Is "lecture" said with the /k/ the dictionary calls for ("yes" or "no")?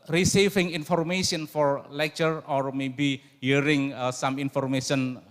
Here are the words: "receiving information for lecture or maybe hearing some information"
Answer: yes